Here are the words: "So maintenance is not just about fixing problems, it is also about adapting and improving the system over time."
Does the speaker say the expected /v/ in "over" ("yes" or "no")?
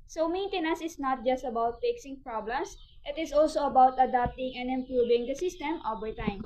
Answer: no